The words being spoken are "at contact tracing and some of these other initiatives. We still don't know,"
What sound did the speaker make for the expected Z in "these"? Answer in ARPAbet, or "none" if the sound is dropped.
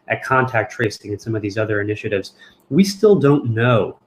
Z